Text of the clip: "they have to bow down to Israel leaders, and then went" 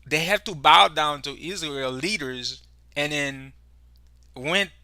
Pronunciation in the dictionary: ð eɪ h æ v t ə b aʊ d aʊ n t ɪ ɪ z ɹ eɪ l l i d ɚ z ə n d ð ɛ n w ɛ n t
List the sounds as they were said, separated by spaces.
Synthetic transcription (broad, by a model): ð eɪ h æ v t ə b aʊ d aʊ n t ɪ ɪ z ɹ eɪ l l i d ɚ z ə n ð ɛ n w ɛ n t